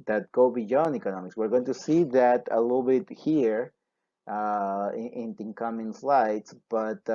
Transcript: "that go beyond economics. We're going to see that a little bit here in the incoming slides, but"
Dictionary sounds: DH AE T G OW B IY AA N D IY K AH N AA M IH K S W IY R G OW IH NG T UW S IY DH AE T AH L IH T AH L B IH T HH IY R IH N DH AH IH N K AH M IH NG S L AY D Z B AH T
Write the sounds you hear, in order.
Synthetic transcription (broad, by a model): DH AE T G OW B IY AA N IY K AH N AA M IH K S W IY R G OW IH NG T UW S IY DH AE T AH L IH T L B IH T HH IY R IH N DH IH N K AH M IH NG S L AY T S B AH T